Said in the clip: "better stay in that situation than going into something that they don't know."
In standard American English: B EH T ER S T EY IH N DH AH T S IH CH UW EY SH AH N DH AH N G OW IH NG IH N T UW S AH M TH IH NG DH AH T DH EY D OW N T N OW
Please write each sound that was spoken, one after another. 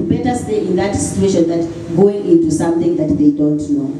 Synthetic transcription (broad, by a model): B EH T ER S T EY IH N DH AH T S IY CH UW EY SH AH N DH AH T G OW IH NG IH N T UW S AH M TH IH NG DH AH T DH EY D OW N T N OW